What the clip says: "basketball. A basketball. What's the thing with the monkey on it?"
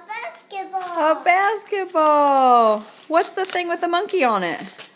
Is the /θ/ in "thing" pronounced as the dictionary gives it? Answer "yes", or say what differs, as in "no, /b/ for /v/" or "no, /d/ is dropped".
yes